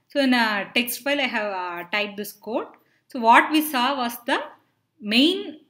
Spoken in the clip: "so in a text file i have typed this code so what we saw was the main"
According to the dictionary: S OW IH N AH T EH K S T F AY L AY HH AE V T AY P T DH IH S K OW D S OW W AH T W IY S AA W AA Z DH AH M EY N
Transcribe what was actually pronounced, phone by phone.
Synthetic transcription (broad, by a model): S OW IH N AH T EH K S T F AY L AY HH AE V T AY T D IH S K OW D S OW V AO T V IY S AA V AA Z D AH M EY N